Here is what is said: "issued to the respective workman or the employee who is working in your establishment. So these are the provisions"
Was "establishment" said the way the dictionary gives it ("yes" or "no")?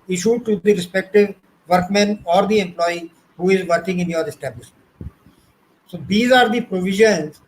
no